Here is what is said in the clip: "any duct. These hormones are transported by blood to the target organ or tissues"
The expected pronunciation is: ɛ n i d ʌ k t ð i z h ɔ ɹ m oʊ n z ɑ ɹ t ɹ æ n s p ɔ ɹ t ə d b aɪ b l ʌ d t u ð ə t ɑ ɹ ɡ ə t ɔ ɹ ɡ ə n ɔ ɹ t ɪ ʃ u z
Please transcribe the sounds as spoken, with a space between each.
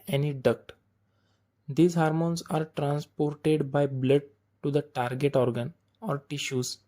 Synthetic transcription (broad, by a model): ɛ n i d ʌ k t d i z h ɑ ɹ m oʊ n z ɑ ɹ t ɹ æ n s p ɔ ɹ t ə d b aɪ b l ʌ d t u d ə t ɑ ɹ ɡ ə t ɔ ɹ ɡ ə n ɔ ɹ t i ʃ u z